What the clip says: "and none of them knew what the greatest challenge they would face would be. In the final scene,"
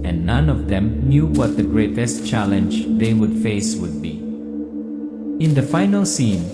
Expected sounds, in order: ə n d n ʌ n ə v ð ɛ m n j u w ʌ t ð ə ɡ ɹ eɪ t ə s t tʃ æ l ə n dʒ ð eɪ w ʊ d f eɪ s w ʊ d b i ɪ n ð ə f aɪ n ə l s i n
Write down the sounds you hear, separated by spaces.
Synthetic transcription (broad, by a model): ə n n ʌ n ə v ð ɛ m n j u w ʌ t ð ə ɡ ɹ eɪ t ə s t tʃ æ l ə n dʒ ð eɪ w ʊ d f eɪ s w ʊ d b i ɪ n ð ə f aɪ n ə l s i n